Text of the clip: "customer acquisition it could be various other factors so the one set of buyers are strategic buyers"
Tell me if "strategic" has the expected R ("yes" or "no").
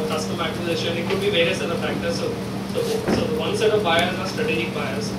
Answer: yes